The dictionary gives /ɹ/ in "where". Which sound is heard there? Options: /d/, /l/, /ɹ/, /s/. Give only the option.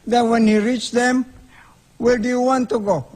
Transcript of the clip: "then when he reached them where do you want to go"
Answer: /l/